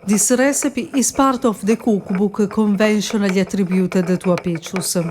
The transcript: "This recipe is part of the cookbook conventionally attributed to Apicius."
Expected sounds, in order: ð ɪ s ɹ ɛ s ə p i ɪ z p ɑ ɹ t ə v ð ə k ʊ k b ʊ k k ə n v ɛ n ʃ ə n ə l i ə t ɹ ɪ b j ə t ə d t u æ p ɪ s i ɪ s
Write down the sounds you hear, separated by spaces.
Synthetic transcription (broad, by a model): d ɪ s ɹ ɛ s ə p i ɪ s p ɑ ɹ t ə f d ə k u k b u k k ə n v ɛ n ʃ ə n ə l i t ɹ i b j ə t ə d t u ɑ p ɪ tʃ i s